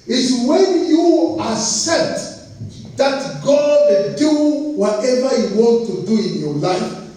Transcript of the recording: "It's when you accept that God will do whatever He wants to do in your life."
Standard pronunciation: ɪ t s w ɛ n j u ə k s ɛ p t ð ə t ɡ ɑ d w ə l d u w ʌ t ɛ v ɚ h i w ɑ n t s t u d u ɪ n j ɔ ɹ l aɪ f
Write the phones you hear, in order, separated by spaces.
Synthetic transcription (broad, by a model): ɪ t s w ɛ n j u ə s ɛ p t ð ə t ɡ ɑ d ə n d u w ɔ t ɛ v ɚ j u w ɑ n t t u d u ɪ n j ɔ l aɪ f